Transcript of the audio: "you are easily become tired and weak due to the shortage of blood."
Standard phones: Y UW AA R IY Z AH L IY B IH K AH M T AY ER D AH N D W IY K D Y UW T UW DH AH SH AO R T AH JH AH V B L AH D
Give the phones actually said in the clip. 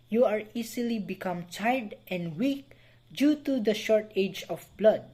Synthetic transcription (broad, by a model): Y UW AA R IY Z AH L IY B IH K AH M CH AY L D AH N W IY K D Y UW T UW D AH SH AO R T AH JH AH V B L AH D